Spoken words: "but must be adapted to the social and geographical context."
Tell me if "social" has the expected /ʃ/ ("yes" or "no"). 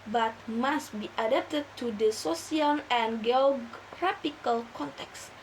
no